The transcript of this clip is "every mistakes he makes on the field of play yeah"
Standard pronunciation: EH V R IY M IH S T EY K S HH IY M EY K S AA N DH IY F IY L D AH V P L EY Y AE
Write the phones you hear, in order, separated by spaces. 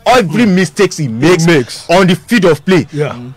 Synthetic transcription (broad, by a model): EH V R IY M IH S T EY K S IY M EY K S AA N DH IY F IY D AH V P L EY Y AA